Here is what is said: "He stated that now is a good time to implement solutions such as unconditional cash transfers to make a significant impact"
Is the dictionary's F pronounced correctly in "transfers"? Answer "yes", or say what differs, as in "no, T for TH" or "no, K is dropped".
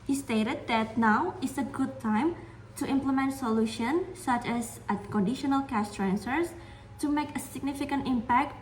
no, F is dropped